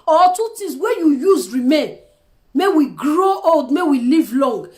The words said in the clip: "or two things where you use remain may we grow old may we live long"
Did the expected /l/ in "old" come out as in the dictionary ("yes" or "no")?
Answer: yes